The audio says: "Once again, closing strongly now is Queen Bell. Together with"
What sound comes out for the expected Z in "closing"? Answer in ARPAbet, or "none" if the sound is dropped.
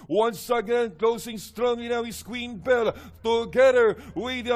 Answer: S